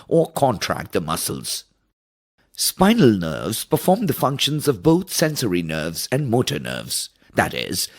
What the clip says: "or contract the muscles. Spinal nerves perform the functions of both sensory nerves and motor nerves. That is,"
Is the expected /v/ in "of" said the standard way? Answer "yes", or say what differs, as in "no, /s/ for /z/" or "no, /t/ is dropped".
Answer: yes